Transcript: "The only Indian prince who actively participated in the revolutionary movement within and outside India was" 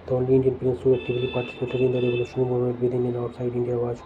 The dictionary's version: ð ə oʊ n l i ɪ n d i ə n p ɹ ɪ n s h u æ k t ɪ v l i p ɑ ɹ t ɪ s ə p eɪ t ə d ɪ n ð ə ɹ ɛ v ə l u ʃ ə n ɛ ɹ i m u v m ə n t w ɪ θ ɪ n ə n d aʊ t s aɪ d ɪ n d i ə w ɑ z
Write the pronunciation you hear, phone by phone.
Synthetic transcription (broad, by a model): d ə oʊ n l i ɪ n d i ə n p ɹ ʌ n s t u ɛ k t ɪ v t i p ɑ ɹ t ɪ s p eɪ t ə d ɪ n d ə ɹ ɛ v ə l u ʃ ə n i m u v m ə t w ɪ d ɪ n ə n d aʊ t s aɪ d ɪ n d i ə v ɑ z